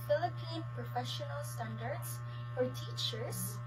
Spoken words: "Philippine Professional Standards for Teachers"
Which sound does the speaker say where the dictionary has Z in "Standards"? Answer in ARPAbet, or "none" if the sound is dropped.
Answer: S